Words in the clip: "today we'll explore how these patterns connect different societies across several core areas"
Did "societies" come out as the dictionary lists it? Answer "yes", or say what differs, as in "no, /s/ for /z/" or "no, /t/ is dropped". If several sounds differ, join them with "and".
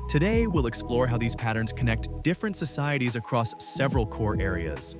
yes